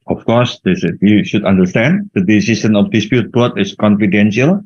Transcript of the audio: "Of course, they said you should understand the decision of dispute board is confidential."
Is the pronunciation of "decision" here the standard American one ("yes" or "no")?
no